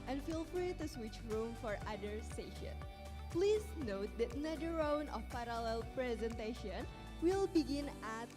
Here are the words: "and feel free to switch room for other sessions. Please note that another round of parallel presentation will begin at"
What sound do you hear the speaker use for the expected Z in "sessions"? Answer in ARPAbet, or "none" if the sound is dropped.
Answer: none